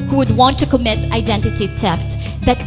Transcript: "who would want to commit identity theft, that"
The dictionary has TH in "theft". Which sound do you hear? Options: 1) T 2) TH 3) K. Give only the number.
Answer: 1